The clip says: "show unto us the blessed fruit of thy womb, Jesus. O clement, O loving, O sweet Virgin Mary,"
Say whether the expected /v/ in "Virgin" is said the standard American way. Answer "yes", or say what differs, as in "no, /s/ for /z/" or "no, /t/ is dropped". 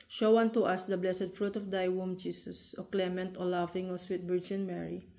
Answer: no, /b/ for /v/